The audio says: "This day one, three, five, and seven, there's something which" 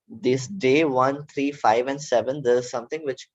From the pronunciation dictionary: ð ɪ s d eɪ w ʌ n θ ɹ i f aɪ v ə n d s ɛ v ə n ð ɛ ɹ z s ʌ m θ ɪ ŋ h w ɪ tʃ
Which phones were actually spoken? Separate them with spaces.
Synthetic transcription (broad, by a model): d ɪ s d eɪ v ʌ n t ɹ i f aɪ v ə n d s ɛ v ə n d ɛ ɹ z s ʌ m t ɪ ŋ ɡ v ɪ tʃ